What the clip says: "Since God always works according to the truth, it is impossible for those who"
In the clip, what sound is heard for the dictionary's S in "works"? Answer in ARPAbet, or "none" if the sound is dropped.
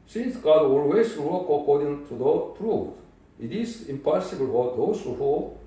none